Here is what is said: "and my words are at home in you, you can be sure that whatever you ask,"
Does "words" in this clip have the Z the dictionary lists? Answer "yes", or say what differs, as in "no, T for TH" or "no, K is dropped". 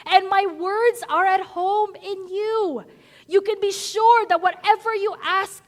yes